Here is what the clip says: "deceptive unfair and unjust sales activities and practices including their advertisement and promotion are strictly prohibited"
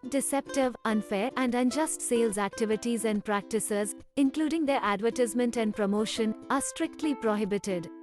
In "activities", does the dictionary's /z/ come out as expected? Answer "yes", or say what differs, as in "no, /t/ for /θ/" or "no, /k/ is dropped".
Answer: yes